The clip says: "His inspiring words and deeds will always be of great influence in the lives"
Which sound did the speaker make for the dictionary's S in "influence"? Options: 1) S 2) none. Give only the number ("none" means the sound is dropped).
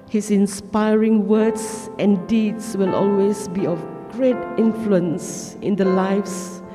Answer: 1